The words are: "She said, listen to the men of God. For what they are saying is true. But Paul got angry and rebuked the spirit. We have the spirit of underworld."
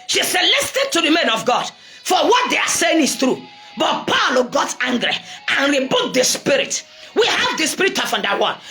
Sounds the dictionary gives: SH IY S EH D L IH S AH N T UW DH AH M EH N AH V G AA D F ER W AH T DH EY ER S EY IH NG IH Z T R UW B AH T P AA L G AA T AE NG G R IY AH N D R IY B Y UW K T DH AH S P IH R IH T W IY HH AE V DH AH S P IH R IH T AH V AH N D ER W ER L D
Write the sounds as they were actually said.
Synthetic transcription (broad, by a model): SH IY S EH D L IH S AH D T UW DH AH M EH N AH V G AA D F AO W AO T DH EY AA S EY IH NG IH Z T R UW B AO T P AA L G AA T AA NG G R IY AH N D R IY B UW T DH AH S P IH R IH T W IY HH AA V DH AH S P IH R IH T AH F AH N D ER W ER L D